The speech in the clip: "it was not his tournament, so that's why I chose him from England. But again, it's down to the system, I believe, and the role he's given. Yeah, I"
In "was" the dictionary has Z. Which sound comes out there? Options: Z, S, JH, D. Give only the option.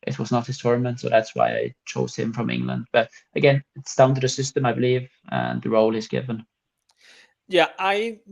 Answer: Z